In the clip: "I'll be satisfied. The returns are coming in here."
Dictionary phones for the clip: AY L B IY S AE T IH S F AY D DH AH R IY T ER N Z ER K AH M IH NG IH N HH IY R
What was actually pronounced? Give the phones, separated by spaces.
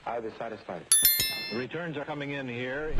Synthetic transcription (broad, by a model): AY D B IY S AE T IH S F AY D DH R IY T ER N Z ER K AH M IH NG IH N HH IY R